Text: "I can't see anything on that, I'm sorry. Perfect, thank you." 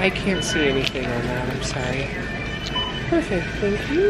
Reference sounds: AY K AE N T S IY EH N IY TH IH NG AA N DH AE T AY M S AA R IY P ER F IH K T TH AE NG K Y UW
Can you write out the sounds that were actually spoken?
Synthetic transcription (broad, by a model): AY K AE N T S IY EH N IY TH IH NG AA N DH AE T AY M S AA IY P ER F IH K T TH AE NG K Y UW